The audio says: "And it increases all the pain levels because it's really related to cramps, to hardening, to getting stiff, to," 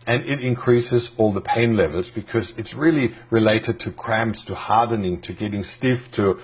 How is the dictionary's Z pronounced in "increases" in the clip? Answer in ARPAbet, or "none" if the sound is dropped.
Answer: Z